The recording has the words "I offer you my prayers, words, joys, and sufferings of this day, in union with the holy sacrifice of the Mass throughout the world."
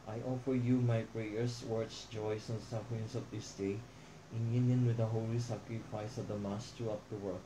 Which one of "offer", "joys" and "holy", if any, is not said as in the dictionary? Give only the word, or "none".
joys